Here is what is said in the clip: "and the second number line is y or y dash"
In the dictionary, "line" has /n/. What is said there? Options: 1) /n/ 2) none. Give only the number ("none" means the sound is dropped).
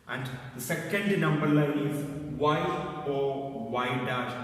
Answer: 2